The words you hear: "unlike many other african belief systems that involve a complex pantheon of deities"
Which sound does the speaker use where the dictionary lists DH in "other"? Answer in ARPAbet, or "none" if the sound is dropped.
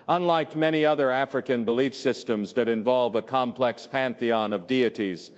DH